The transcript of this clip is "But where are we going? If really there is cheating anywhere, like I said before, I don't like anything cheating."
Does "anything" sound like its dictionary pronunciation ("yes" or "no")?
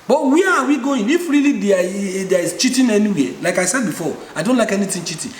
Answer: no